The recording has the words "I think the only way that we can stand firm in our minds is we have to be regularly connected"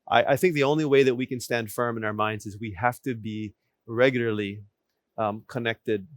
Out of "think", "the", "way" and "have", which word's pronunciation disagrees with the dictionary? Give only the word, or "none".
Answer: have